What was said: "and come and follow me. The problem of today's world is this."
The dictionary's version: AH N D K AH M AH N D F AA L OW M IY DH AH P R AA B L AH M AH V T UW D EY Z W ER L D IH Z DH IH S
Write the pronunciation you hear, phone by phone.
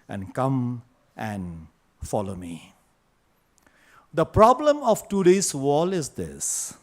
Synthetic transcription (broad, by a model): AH N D K AH M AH N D F AA L OW M IY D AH P R AA B L AH M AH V T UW D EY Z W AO L IH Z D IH S